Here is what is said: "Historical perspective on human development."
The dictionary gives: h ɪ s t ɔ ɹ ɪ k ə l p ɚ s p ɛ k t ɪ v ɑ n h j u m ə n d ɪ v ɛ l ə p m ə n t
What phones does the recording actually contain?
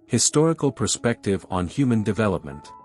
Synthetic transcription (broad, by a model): h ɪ s t ɔ ɹ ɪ k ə l p ɚ s p ɛ k t ɪ v n h j u m ə n d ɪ v ɛ l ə p m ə n t